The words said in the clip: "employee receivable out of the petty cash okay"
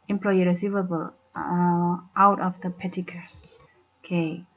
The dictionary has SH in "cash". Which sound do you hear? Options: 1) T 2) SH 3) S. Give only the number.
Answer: 3